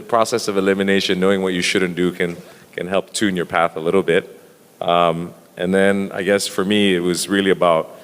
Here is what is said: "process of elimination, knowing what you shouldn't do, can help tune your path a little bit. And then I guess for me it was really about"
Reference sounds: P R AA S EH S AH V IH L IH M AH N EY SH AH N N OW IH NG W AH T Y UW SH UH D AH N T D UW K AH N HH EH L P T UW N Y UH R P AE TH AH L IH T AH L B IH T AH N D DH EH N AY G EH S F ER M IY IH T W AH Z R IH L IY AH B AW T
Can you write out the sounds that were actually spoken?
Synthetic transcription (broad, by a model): P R AA S EH S AH V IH L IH M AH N EY SH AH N N OW IH NG W AH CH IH SH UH D N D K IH K AH N HH EH L P T UW N Y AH R P AE TH AH L IH T L B IH T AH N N DH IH N AY G EH S F ER M IY IH T W AH Z R IH L IY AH B AW T